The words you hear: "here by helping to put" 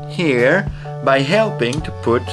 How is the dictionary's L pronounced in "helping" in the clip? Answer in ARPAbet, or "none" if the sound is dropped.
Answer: L